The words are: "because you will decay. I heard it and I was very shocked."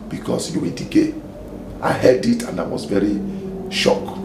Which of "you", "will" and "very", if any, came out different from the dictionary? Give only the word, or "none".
will